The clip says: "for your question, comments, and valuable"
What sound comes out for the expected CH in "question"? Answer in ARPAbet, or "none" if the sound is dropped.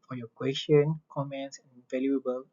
SH